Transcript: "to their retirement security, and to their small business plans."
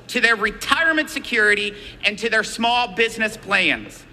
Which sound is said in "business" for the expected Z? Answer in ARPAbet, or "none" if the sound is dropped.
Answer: Z